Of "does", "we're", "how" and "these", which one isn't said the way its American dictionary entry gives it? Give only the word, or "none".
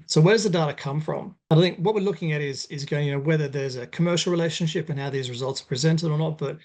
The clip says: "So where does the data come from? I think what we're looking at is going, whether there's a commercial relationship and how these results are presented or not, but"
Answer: none